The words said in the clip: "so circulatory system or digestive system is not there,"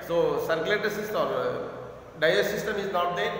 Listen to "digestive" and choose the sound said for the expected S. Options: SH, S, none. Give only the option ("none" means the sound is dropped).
none